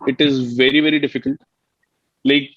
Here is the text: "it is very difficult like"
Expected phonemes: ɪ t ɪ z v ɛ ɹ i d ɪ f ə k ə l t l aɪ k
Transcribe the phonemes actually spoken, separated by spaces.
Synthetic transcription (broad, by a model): ɪ t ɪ z v ɛ ɹ i d ɪ f ə k ə l t l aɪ k